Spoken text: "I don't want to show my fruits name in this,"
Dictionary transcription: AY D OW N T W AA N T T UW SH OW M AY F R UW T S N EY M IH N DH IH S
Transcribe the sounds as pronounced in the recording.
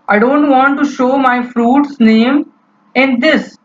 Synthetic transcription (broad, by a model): AY D OW N T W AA N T T UW SH OW M AY F R UW T S N EY M IH N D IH S